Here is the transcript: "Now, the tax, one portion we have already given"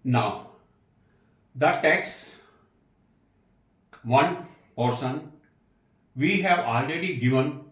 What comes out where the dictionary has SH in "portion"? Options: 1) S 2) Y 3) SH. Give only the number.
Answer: 1